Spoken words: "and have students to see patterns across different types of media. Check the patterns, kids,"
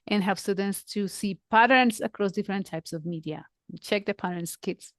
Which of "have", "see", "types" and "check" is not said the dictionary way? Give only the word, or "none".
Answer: have